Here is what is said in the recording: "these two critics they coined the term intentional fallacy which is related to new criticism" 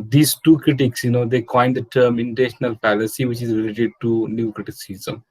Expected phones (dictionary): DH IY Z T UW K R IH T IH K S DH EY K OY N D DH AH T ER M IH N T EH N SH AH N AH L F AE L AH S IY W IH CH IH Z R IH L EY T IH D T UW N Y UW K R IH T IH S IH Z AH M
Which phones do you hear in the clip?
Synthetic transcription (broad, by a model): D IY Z T UW K R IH T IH K S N EY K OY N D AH T ER M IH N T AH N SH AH N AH L P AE L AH S IY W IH CH IH Z R IH L EY T IH D T UW N Y UW K R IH T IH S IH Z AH M